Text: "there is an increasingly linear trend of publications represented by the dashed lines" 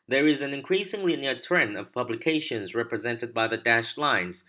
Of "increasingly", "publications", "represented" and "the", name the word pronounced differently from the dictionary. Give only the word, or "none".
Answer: none